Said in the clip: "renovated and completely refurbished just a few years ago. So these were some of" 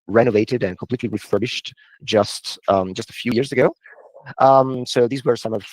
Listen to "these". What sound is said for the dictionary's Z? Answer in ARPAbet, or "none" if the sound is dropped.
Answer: Z